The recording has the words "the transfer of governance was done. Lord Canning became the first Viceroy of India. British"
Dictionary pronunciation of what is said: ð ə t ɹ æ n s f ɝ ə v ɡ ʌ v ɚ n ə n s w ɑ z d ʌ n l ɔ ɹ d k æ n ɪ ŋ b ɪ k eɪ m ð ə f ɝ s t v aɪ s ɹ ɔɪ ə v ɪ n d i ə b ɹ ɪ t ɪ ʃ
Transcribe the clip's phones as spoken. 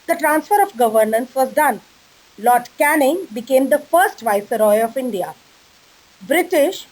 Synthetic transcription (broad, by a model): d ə t ɹ æ n s f ɝ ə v ɡ ʌ v ɚ n ə n s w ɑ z d ʌ n l ɔ ɹ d k æ n ɪ ŋ b ɪ k eɪ m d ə f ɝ s t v aɪ s ɹ ɔɪ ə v ɪ n d i ə b ɹ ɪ t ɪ ʃ